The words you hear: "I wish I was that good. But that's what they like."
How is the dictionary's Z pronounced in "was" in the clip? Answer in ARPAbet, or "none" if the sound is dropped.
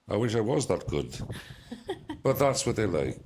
Z